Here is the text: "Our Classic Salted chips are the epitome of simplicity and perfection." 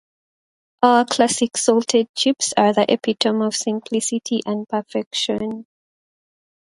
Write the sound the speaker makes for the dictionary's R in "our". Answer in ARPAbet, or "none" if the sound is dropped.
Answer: L